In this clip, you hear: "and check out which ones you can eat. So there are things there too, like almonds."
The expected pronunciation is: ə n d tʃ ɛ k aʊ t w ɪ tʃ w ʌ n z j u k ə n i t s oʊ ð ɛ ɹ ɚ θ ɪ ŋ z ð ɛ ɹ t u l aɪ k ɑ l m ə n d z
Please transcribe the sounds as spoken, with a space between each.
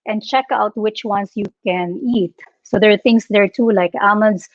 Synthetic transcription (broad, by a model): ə n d tʃ ɛ k aʊ t w ɪ tʃ w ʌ n s j u k ə n i t s oʊ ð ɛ ɹ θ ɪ ŋ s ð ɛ ɹ t u l aɪ k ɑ m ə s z